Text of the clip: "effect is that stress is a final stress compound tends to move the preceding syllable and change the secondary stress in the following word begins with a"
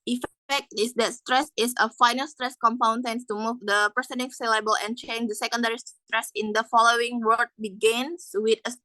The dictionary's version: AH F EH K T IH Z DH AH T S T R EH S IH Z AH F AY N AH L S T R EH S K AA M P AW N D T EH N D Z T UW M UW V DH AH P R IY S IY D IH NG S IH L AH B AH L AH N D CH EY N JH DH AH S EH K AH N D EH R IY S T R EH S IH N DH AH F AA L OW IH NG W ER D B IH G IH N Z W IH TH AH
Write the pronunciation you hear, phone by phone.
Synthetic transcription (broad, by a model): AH F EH K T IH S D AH T S T R EH S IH S AH F AY N AH L S T R EH S K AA M P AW N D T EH N T UW M UW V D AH P IY S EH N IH S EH L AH B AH L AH N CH EY N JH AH S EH K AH N D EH R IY S T R EH S IH N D AH F AA L OW IH NG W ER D B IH G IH N S W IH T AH